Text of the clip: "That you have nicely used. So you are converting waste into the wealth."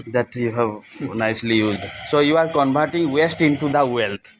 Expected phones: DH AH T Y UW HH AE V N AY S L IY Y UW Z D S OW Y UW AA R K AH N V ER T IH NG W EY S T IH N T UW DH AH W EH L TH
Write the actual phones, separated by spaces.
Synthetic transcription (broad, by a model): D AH T Y UW HH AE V N AY S L IY Y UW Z D S OW Y UW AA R K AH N B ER T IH NG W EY S T IH N T UW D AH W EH L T